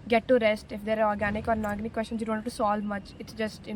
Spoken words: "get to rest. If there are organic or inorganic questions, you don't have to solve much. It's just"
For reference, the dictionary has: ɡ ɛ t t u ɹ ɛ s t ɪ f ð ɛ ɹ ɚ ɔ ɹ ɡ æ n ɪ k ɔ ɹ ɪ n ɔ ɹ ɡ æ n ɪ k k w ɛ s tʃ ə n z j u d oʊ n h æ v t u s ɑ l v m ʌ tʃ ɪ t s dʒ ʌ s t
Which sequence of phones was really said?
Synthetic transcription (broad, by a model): ɡ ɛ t t u ɹ ɛ s t ɪ f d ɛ ɹ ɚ ɔ ɹ ɡ æ n ɪ k ɔ ɹ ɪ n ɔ ɹ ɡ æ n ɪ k k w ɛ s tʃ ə n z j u d oʊ n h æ t u s ɑ l v m ʌ tʃ ɪ t s dʒ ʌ s t